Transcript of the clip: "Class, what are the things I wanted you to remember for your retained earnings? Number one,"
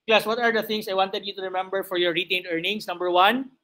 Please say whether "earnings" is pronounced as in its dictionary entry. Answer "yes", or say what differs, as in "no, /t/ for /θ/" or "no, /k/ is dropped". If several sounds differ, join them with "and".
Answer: no, /s/ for /z/